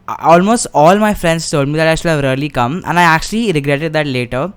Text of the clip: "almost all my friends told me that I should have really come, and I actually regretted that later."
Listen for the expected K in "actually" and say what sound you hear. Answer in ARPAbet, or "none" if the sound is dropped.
K